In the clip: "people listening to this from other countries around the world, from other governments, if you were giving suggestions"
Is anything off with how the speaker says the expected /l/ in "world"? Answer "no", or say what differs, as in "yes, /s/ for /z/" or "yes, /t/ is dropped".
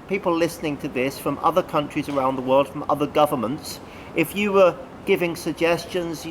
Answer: no